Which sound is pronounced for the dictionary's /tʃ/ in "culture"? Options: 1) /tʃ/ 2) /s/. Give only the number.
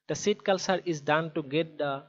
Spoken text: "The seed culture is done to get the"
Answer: 2